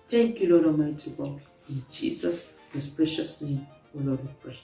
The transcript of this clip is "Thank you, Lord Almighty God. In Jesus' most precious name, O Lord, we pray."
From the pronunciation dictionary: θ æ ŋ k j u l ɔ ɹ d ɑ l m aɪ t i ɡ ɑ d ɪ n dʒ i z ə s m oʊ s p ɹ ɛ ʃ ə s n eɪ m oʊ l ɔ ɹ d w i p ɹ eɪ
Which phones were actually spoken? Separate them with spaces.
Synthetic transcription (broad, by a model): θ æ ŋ k j u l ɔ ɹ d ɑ m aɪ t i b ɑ ɪ n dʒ i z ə s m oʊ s p ɹ ɛ ʃ ə s n eɪ m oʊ l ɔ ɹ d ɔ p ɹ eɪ